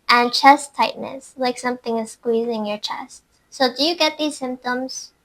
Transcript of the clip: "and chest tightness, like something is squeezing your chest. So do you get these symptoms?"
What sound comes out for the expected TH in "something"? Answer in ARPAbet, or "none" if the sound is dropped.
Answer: TH